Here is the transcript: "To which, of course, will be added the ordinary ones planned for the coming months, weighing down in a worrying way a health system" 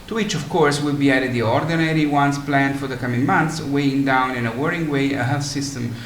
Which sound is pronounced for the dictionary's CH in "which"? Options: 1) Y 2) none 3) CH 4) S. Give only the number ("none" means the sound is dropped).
3